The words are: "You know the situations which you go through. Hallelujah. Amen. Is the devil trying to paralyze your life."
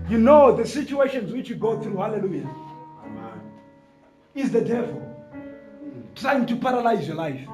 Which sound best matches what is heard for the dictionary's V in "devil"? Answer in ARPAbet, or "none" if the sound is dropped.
V